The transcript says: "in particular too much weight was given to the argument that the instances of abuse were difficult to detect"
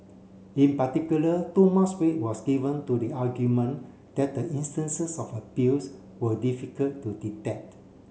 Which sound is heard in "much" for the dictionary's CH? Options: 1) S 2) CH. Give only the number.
1